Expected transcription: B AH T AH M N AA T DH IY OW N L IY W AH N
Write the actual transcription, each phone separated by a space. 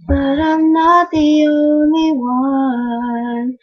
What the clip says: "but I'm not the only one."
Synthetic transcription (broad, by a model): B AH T AH M N AA T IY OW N IY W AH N